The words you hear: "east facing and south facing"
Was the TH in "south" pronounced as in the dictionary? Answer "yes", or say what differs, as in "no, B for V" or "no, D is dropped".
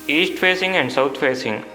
no, T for TH